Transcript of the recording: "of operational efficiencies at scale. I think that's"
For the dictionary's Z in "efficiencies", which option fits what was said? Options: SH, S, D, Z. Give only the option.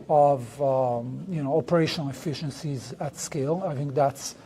Z